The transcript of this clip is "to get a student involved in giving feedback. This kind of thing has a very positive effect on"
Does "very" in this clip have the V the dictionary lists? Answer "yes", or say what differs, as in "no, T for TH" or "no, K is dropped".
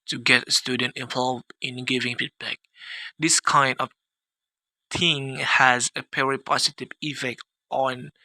no, P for V